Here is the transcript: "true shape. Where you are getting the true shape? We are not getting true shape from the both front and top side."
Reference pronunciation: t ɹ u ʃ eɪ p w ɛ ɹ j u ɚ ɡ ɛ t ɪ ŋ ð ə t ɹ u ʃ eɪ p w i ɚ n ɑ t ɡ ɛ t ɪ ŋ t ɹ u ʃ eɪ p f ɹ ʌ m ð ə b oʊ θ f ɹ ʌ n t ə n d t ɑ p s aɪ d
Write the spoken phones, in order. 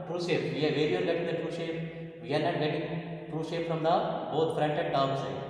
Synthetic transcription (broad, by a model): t ɹ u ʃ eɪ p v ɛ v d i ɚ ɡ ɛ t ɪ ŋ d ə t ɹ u ʃ eɪ p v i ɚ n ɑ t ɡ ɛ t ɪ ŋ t ɹ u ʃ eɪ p f ɹ ʌ m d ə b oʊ t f ɹ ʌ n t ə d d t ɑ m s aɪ